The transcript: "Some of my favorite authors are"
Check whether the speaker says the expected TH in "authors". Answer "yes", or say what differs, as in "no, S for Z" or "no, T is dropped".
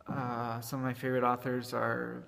yes